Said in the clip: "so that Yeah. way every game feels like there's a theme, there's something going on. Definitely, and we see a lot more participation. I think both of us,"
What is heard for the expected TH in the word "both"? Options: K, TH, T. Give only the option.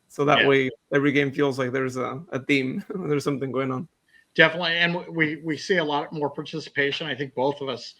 TH